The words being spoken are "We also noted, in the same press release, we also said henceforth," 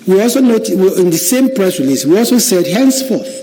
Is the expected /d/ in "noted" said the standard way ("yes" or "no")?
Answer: no